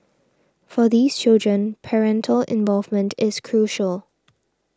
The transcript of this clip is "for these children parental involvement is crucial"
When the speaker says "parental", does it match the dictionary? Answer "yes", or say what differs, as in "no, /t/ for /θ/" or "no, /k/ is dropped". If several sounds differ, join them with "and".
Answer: yes